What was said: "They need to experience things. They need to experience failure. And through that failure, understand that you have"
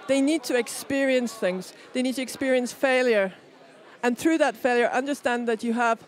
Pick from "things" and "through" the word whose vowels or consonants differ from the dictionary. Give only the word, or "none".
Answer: none